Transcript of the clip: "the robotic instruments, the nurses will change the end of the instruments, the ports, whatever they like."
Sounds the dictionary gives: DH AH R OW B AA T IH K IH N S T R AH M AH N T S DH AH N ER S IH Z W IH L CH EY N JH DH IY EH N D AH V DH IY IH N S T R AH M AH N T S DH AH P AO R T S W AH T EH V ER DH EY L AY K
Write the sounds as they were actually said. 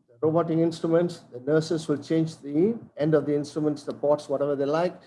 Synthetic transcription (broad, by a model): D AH R OW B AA T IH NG IH N S T R AH M AH N T S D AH N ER S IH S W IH L CH EY N JH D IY EH N D AH V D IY IH N S T R AH M AH N T S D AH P AO T S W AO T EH V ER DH EY L AY K